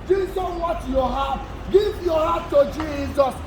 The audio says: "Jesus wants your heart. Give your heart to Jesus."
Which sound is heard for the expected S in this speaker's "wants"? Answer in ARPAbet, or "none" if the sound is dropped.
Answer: none